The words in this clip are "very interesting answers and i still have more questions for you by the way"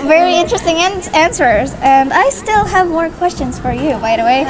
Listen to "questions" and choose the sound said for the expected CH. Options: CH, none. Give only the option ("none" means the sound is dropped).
CH